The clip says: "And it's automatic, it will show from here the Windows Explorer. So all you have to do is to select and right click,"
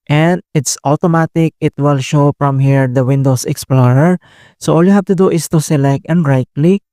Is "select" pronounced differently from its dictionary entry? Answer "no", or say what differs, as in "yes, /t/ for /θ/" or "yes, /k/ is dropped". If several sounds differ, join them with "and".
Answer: no